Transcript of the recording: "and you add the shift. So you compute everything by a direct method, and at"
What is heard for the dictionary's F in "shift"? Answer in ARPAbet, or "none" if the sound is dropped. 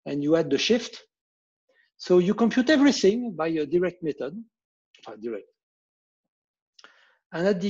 F